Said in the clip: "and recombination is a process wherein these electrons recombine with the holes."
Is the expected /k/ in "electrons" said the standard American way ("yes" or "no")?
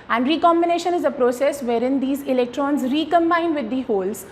yes